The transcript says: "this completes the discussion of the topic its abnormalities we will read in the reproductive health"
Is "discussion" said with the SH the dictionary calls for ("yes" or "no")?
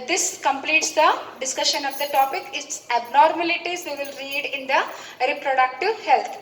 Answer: yes